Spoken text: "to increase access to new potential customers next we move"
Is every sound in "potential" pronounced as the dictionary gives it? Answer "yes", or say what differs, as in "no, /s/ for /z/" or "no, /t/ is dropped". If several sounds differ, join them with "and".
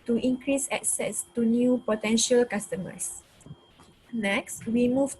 yes